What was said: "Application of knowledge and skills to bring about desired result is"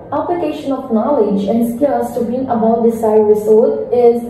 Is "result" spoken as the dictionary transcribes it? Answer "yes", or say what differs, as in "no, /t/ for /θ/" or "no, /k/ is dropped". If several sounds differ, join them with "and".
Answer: no, /l/ is dropped